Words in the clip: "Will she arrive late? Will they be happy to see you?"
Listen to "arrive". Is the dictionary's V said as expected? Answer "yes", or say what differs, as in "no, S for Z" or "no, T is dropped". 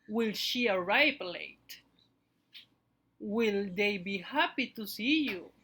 no, P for V